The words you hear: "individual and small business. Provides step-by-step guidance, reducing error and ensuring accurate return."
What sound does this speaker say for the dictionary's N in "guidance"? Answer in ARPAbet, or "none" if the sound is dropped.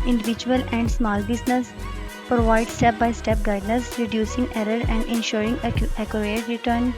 none